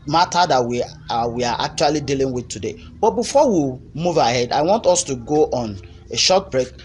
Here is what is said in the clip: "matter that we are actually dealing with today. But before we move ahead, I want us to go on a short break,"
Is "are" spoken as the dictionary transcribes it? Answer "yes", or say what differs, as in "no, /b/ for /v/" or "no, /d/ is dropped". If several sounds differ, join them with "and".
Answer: no, /w/ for /ɹ/